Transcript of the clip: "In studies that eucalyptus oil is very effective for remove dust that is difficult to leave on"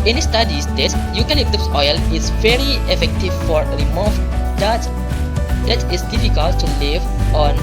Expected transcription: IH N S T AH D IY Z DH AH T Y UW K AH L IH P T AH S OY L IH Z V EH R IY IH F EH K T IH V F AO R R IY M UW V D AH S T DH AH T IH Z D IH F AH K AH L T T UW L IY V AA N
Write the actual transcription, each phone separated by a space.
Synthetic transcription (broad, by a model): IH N S T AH D IY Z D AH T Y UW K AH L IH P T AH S OY L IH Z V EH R IY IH F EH K T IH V F AO R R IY M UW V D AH T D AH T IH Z D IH F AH K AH L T T UW L IY V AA N